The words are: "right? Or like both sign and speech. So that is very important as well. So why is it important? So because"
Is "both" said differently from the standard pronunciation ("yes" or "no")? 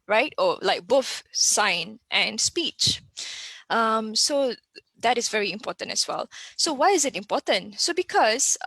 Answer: yes